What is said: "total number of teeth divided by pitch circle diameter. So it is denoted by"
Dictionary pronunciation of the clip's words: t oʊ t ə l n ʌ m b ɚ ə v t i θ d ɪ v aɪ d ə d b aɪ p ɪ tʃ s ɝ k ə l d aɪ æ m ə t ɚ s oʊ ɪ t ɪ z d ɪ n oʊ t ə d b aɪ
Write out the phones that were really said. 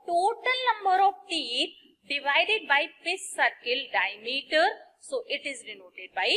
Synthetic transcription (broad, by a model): t oʊ t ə l n ʌ m b ɚ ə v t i t d ɪ v aɪ d ə d b aɪ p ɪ s s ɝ k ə l d aɪ m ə t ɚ s oʊ ɪ t ɪ z d ɪ n oʊ t ə d b aɪ